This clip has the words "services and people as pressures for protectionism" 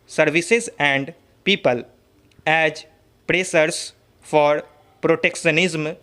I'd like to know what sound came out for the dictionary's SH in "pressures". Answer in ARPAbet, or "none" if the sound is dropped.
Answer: S